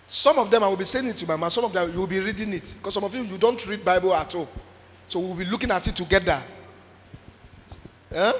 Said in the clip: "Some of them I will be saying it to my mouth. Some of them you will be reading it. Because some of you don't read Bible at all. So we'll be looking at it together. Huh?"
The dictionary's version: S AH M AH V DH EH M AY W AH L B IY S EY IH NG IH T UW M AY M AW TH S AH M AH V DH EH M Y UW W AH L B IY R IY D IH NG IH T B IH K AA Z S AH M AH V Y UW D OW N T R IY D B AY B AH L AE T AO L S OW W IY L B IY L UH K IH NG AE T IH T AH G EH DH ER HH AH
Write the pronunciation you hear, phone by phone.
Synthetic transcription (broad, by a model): S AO M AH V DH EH M AY W AH L B IY S EY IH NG IH T UW M AY M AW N S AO M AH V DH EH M Y UW W AH L B IY R IY D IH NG IH T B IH K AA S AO M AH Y Y UW D OW N T R IY D B AY B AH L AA T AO S OW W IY W B IY L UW K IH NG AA T IH T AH G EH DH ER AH